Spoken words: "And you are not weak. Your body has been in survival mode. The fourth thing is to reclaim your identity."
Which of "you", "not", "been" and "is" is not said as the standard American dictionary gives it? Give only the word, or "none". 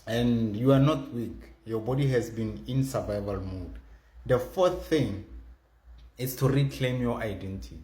is